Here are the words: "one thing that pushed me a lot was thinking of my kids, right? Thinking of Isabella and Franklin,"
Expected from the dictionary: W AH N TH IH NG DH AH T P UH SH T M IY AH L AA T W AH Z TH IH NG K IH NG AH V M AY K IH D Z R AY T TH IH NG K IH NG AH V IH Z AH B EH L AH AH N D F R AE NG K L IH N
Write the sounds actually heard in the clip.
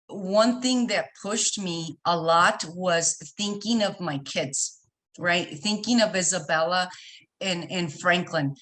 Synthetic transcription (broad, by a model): W AH N TH IH NG DH AH T P UH SH T M IY AH L AA T W AH Z TH IH NG K IH NG AH V M AY K IH D Z R AY T TH IH NG K IH NG AH V IH Z AH B EH L AH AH N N F R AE NG K L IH N